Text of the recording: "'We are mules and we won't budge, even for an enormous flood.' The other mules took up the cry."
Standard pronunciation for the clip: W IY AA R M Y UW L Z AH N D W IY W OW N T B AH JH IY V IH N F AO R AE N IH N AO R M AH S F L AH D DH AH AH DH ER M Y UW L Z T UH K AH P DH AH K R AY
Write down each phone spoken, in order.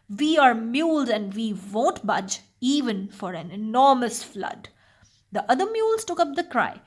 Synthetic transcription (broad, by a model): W IY AA R M Y UW L Z AH N D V IY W OW N T B AH JH IY V IH N F AO R AE N IH N AO R M AH S F L AH D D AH AH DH ER M Y UW L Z T UH K AH P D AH K R AY